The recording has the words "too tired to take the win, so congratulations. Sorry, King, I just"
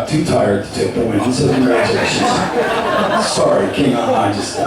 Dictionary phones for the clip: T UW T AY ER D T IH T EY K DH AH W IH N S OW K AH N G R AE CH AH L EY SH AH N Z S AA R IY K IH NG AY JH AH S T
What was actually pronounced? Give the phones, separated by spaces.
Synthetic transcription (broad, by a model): T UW T AY ER D T IH T EY K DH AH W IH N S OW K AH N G R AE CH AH EY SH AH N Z S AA R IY K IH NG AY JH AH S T